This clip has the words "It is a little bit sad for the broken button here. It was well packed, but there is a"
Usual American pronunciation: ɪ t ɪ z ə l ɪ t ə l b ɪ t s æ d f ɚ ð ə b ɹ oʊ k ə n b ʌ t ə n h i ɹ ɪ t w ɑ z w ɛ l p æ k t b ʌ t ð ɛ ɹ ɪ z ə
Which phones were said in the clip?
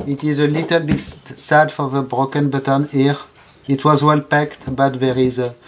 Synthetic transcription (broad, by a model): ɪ t ɪ z ə l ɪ t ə l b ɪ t s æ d f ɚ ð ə b ɹ oʊ k ə n b ʌ t ə n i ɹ ɪ t w ɑ z w ɛ l p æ k t b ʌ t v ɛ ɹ ɪ z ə